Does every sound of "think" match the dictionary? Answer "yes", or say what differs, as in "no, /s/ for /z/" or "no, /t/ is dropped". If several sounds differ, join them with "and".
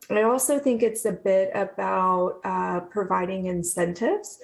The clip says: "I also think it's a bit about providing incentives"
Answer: yes